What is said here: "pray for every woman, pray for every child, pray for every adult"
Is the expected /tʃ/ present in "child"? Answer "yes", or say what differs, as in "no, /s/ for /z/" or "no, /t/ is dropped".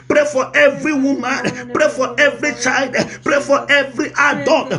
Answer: yes